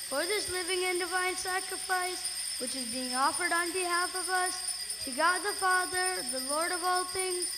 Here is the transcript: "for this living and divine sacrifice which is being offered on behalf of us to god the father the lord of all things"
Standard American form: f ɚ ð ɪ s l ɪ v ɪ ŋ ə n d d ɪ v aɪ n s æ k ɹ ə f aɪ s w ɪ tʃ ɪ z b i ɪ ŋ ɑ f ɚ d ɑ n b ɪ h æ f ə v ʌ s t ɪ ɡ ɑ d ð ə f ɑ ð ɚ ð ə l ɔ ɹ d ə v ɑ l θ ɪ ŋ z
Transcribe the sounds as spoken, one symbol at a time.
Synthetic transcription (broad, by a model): f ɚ ð ɪ s l ɪ v ɪ ŋ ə n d d ɪ v aɪ n s æ k ɹ ə f aɪ s w ɪ tʃ ɪ z b i ɪ ŋ ɑ f ɚ d n b ɪ h æ f ə v ʌ s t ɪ ɡ ɑ d ð ə f ɑ ð ɚ ð ə l ɔ ɹ d ə v ɑ l θ ɪ ŋ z